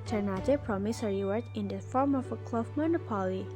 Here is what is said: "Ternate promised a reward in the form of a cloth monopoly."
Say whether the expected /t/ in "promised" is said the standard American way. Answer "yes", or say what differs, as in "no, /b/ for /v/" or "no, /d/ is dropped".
no, /t/ is dropped